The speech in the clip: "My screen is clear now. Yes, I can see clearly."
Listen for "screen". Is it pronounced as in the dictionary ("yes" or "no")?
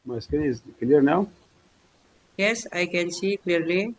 no